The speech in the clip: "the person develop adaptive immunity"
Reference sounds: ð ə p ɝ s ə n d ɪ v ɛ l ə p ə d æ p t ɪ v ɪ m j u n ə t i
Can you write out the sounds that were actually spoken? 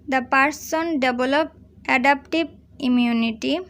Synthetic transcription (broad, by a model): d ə p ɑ s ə n d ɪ b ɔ l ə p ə d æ p t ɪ b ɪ m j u n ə t i